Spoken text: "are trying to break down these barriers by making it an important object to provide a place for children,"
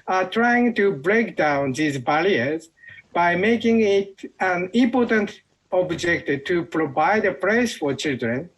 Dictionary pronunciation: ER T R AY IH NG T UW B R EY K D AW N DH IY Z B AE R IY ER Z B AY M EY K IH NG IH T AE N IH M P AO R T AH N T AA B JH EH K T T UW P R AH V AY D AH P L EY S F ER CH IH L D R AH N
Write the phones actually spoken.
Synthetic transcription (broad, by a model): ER T R AY IH NG T UW B R EY K D AW N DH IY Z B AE L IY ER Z B AY M EY K IH NG IH T AE N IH M P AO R T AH N T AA B JH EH K T T UW P R AH V AY D AH P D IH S F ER CH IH L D R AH N